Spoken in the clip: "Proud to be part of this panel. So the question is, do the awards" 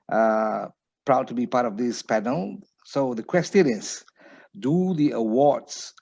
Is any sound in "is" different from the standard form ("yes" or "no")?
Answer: yes